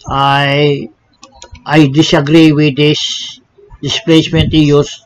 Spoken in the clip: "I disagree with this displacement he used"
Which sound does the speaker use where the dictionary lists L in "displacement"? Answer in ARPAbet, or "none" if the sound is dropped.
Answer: L